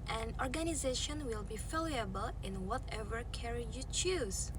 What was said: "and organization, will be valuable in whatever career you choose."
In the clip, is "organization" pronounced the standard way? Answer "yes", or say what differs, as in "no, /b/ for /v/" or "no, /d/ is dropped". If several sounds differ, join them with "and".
yes